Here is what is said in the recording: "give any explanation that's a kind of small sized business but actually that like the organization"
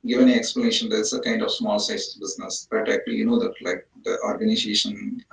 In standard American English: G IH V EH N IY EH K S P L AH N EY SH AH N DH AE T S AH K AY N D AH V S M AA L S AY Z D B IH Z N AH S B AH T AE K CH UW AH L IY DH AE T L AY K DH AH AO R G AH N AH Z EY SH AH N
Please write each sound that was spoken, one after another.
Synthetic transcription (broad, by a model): G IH V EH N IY EH K S P L AH N EY SH AH N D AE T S AH K AY N D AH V S M AA L S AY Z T B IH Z N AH S B AH T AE K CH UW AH N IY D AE T L AY K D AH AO R G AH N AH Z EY SH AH N